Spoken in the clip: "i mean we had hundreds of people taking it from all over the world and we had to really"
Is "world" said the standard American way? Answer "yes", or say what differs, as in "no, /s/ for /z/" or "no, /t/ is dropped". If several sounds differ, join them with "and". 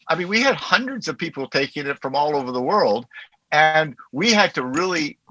yes